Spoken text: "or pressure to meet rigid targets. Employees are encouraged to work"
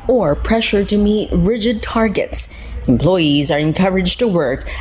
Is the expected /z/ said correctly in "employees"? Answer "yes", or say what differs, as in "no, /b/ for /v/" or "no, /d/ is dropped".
yes